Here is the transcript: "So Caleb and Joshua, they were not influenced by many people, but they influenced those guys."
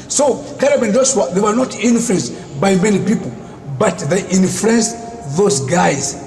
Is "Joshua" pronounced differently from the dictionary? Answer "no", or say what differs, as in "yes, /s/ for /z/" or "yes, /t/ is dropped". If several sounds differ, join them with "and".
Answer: yes, /s/ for /ʃ/